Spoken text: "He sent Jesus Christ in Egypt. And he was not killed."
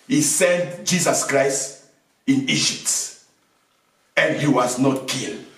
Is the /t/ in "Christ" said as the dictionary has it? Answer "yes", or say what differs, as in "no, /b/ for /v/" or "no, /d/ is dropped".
yes